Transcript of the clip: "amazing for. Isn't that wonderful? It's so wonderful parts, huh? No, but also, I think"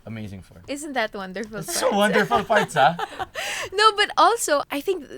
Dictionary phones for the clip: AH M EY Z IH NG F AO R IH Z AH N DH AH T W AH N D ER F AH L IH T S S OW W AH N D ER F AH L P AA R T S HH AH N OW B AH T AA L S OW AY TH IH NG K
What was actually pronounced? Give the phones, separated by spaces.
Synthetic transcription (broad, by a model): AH M EY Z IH NG F AO R IH Z AH N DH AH T W AH N D ER F AH L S S OW W AH N D ER F AH L F AA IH T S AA N OW B AH T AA L S OW AY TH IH NG K